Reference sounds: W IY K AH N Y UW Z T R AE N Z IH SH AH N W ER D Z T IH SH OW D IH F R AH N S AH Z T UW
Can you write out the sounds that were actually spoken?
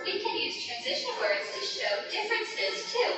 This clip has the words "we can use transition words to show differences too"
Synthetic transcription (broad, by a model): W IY K AH N Y UW Z T R AE N Z IH SH AH N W ER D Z T IH SH OW D IH F R AH N S AH Z T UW